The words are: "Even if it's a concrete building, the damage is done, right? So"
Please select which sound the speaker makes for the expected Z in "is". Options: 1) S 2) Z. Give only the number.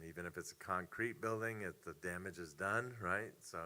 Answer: 2